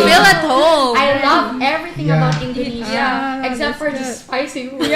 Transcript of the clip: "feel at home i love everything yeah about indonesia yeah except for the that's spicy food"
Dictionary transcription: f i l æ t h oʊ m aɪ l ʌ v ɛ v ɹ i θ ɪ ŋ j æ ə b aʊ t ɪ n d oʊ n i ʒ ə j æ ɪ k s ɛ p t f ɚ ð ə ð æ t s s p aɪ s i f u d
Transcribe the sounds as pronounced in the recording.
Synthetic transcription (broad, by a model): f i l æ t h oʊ aɪ l ʌ v ɛ v ɹ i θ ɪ ŋ ə b aʊ t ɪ n d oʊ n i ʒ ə ɪ k s ɛ p t f ɚ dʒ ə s s p aɪ s i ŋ